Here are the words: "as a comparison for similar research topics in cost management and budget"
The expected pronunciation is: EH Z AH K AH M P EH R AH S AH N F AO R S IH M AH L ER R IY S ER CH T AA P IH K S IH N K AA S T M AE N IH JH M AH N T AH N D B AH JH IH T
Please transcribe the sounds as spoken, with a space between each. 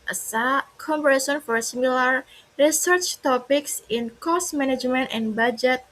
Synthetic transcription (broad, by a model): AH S AH K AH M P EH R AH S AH N F AO R S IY M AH L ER R IY S ER CH T AA P IH K S IH N K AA S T M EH N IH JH M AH N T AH N B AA JH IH T